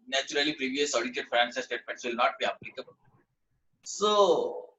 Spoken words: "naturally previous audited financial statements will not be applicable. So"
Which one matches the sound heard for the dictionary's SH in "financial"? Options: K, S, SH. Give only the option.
S